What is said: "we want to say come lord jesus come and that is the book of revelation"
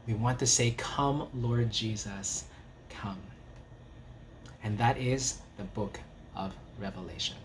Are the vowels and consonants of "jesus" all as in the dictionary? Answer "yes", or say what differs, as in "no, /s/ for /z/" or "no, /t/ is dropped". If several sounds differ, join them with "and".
yes